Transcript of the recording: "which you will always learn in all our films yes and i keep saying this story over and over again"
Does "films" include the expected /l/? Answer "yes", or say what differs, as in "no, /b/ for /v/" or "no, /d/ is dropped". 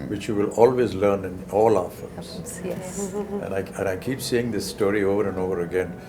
no, /l/ is dropped